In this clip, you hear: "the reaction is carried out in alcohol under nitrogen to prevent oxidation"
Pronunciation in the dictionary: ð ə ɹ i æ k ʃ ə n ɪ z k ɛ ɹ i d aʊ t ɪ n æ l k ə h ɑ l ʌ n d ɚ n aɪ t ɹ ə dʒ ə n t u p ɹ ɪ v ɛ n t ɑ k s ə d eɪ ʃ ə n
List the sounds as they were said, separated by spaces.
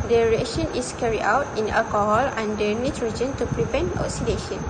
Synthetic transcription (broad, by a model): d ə ɹ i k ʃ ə n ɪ s k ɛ ɹ i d aʊ t ɪ n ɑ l k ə h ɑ l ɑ n d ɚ n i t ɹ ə dʒ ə n t u p ɹ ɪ p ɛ n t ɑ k s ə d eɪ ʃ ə n